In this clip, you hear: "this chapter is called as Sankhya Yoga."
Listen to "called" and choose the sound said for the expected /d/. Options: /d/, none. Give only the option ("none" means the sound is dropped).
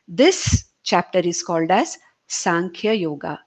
/d/